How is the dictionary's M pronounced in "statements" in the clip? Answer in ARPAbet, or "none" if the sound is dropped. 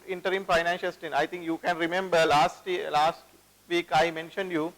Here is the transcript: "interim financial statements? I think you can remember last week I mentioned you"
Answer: none